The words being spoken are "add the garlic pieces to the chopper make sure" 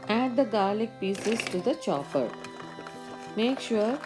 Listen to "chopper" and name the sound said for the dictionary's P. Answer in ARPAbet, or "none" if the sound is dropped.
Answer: F